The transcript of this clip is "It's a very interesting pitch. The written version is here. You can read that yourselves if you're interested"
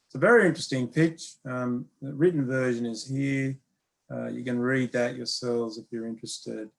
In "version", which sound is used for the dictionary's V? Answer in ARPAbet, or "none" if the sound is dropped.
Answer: V